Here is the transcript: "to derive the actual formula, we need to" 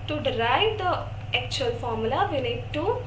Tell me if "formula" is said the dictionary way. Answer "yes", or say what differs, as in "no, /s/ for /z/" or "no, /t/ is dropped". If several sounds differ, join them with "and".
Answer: yes